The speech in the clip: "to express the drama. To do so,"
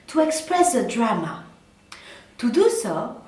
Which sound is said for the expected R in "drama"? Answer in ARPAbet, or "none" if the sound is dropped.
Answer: R